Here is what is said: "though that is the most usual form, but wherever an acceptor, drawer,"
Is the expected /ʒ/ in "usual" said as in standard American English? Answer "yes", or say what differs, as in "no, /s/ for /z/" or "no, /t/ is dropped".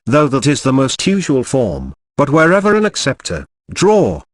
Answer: yes